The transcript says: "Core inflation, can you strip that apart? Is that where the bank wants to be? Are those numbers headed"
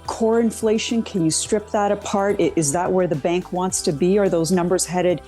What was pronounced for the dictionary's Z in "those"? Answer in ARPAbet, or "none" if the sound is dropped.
Z